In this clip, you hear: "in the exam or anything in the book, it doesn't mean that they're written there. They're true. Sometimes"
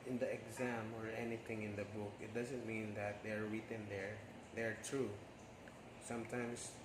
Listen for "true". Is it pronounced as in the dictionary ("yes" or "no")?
yes